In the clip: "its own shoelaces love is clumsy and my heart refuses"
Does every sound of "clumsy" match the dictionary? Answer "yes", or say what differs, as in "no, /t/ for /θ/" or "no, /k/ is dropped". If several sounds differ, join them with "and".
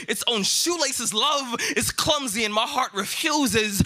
yes